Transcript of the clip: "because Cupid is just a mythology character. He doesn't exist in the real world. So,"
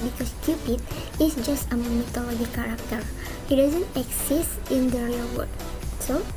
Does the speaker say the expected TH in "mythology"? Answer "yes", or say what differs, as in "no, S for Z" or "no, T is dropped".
no, T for TH